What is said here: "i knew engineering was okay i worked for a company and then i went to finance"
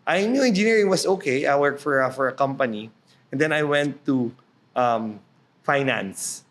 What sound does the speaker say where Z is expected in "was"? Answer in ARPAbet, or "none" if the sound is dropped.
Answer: S